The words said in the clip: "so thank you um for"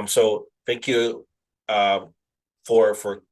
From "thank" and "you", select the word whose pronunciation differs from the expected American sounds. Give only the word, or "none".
none